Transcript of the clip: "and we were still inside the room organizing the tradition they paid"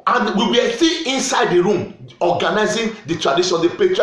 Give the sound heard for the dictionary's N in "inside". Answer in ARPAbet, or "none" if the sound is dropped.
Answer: N